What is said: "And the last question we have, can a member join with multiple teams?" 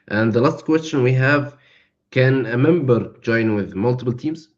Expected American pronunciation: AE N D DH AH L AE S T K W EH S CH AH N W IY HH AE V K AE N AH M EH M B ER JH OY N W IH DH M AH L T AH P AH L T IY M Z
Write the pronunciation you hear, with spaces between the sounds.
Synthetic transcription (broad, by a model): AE N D DH AH L AE S T K W EH S CH AH N W IY HH AE V K AE N AH M EH M B ER JH OY N W IH DH M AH L T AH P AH L T IY M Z